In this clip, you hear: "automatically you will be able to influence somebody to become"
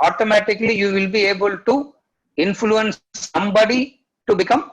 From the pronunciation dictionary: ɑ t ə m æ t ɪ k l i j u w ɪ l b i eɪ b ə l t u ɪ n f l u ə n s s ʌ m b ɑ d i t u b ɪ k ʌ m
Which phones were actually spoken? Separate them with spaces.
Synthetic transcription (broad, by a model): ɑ t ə m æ t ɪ k l i j u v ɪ l b i eɪ b ə l t u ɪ n f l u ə n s s ʌ m b ɑ d i t u b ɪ k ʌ m